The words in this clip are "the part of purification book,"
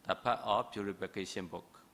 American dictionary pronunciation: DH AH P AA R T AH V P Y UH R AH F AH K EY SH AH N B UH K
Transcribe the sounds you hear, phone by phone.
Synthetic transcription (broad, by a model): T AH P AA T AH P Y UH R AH P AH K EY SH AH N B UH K